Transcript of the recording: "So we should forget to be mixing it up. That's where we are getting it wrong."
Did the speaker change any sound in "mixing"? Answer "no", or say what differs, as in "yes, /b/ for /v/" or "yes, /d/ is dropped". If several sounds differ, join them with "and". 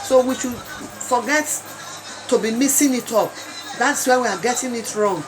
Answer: yes, /k/ is dropped